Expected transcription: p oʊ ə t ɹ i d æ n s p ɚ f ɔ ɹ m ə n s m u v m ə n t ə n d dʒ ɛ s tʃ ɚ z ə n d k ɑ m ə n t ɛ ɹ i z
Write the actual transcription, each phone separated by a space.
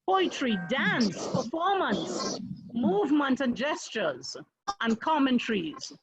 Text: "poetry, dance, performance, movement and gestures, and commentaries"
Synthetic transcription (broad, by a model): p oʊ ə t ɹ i d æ n s p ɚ f ɔ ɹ m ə n s m u v m ə n t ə n dʒ ɛ s tʃ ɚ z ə n k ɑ m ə n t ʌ ɹ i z